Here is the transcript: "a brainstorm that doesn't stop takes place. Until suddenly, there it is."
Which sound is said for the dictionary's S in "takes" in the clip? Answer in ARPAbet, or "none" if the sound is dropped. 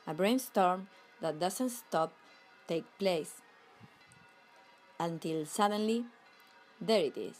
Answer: none